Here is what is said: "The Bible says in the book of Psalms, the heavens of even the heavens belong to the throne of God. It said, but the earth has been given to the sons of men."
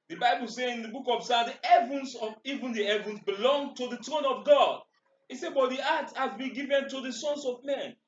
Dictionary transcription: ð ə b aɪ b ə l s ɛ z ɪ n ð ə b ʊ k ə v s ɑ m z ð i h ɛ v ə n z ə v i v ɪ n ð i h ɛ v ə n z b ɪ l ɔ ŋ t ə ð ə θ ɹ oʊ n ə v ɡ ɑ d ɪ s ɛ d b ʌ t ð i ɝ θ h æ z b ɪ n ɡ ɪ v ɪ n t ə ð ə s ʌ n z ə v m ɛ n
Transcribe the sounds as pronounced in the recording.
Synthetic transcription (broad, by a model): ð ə b aɪ b ə l s ɛ ɪ n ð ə b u k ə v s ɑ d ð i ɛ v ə n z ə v i v ɪ n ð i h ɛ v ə n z b ɪ l ɔ ŋ t ə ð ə t ɹ oʊ n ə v ɡ ɑ d ɪ s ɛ b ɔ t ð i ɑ t h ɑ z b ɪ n ɡ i v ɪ n t ə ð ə s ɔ n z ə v m ɛ n